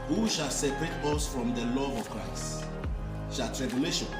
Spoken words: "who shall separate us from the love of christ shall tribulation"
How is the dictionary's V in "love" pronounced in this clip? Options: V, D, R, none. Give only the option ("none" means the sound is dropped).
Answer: none